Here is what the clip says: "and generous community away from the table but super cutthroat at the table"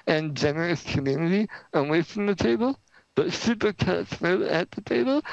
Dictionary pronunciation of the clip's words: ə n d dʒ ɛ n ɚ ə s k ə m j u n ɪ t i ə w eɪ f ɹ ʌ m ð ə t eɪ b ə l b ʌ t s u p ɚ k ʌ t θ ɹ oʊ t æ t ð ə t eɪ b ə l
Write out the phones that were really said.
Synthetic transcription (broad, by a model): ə n dʒ ɛ n ɚ ə s k ə m j u n ɪ t i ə w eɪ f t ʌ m ð ə t eɪ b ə l b ʌ t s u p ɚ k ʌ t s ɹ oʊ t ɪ t ð ə t eɪ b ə l